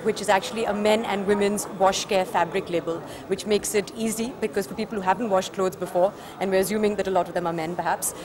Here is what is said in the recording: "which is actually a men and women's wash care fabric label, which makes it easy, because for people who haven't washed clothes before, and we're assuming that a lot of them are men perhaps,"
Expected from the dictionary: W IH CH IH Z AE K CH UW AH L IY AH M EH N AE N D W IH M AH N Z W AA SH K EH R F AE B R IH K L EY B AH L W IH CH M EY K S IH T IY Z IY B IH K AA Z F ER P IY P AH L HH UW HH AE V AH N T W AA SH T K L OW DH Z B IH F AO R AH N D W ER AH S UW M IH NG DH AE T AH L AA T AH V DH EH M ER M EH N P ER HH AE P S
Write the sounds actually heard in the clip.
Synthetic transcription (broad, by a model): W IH CH IH Z AE K CH UW AH L IY AH M EH N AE N D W IH M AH N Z W AA SH K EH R F AE B R IH K L EY B AH L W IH CH M EY K S IH T IY Z IY B IH K AA Z F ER P IY P AH L HH UW HH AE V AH N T W AA SH T K L OW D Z B IH F AO R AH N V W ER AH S UW M IH NG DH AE T AH L AA T AH V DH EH M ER M EH N P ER HH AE P S